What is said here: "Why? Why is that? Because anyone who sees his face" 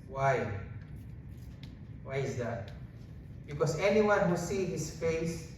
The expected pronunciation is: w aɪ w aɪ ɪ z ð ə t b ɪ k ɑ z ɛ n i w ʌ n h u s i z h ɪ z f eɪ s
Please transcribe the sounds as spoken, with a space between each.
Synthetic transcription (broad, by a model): w aɪ w aɪ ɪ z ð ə t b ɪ k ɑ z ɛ n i w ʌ n h u s i h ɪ s f eɪ s